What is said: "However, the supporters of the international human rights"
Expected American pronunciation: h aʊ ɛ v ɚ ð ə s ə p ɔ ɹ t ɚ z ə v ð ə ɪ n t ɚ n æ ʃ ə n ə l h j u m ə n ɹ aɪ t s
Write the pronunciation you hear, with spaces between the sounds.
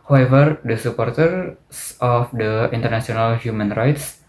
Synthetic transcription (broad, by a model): h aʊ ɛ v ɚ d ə s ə p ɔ ɹ t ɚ s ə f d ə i n t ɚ n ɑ s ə n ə l h j u m ə n ɹ aɪ t s